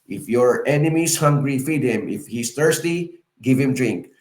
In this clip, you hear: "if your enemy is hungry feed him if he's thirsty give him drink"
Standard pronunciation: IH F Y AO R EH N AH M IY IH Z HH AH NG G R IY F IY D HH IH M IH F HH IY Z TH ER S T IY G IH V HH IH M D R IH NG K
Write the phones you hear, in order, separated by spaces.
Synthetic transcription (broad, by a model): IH F Y AO R EH N AH M IY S HH AH NG G R IY F IY D HH IH M IH F HH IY S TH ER S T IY G IH V HH IH M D R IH NG K